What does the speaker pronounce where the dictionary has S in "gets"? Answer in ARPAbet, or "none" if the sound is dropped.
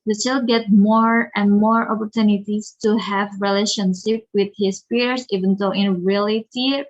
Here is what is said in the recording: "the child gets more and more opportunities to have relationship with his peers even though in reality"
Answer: none